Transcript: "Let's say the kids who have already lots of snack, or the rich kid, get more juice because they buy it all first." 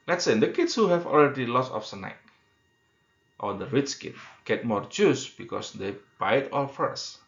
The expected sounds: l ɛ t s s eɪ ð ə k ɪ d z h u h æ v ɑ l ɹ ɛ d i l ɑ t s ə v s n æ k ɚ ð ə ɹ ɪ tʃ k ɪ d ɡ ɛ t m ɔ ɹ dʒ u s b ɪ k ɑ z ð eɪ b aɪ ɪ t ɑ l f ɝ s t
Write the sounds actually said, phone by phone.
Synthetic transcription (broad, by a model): l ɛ t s s eɪ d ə k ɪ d s h u h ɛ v ɑ l ɹ ɛ d i l ɑ s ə f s n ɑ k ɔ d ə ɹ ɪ s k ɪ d ɡ ɛ t m ɔ ɹ dʒ u s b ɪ k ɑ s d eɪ b aɪ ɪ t ɑ l f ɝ s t